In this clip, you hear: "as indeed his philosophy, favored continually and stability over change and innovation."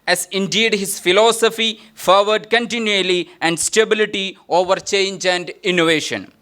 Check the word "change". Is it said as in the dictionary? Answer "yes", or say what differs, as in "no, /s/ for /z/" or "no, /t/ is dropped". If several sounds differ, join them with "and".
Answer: yes